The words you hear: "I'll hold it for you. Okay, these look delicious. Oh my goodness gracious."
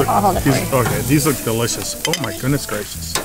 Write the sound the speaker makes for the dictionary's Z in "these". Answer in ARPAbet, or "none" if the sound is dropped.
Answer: Z